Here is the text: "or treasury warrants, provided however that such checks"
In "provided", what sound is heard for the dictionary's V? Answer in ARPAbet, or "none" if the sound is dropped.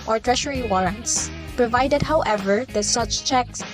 V